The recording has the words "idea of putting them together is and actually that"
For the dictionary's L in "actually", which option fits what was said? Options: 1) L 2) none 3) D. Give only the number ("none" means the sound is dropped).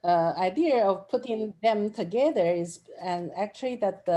1